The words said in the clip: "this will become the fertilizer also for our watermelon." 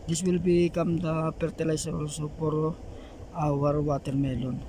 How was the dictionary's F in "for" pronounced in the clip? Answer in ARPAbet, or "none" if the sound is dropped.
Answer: P